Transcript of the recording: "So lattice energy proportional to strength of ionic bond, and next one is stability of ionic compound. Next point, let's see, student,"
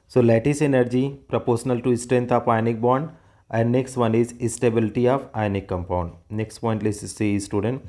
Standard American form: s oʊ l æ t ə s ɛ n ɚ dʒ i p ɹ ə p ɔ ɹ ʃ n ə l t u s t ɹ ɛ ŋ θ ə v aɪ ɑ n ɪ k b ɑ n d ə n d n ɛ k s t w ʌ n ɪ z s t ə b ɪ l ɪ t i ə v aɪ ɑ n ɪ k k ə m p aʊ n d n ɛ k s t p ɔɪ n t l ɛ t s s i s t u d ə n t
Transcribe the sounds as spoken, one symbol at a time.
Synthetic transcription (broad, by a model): s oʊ l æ t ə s ɛ n ɚ dʒ i p ɹ ə p ɔ ɹ ʃ n ə l t u s t ɹ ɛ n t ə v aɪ n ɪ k b ɑ n d ə n d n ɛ k s t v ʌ n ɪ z s t ə b ɪ l ɪ t i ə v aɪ n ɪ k k ə m p aʊ n d n ɛ k s t p ɔɪ n t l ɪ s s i s t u d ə n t